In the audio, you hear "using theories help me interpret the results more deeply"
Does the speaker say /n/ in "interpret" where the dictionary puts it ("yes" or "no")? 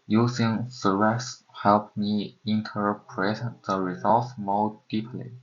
yes